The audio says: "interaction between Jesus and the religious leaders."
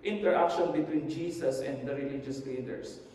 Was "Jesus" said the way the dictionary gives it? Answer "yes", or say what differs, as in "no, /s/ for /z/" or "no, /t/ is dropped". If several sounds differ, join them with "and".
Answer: no, /s/ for /z/